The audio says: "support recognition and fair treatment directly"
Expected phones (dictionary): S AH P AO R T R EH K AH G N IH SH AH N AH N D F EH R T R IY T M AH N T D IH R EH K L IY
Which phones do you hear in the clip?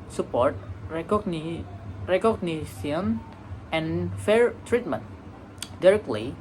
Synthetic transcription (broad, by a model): S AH P AO R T R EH K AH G N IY S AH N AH N F EH R T R IY T M AH N T D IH R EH K L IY